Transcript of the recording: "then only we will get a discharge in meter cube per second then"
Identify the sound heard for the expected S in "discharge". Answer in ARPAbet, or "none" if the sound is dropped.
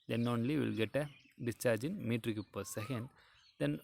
S